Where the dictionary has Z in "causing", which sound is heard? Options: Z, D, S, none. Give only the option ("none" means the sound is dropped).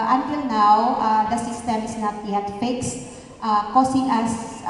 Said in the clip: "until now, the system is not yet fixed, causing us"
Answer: S